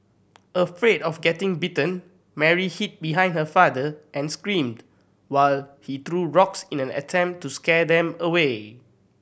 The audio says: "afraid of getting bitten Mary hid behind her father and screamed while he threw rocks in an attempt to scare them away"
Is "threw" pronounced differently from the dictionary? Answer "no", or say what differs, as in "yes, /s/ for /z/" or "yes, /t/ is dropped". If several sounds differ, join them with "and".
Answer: yes, /t/ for /θ/